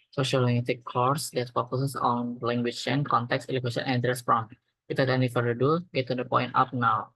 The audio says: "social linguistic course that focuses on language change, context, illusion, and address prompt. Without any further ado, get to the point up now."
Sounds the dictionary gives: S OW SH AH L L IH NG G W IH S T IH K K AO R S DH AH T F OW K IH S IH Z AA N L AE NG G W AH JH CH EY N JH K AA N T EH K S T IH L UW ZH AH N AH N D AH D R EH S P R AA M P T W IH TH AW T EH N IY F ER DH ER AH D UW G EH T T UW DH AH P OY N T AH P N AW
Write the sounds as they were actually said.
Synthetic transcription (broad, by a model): S OW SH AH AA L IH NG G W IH T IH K K AO R S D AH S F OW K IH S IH S AA N L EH NG G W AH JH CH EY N K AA N T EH K S IH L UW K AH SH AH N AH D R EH S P R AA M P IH T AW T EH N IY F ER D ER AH D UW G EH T T UW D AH P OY N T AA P N AW